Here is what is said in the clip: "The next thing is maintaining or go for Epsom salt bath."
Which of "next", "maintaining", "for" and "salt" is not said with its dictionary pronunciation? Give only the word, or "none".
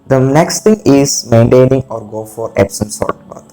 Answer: salt